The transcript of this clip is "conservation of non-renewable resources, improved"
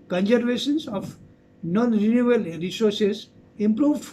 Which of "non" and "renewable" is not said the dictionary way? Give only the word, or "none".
renewable